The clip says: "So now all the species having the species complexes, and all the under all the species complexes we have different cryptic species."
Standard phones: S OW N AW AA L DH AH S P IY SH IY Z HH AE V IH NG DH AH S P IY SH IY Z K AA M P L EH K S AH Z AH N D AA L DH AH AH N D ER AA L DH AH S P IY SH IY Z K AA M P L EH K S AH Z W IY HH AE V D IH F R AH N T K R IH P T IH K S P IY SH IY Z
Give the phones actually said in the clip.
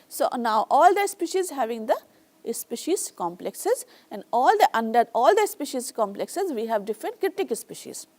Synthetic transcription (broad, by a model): S OW N AW AA L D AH S P IY SH IY Z HH AE V IH NG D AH S P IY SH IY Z K AA M P L EH K S AH Z AH N D AA L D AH AH N D ER AA L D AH S P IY SH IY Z K AA M P L EH K S AH Z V IY HH AE V D IH F R AH N T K R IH T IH K S P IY SH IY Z